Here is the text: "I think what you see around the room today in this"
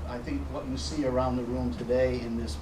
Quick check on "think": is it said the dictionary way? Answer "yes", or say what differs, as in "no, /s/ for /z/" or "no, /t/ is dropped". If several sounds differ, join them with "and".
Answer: yes